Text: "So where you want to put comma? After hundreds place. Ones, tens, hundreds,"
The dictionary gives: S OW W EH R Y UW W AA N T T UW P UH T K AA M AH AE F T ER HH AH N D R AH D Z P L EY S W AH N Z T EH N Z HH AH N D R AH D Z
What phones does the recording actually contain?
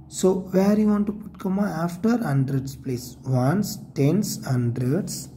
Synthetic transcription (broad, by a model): S OW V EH R Y UW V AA N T T UW P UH T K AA M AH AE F T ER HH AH N D R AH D S P L EY S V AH N S T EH N S HH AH N D R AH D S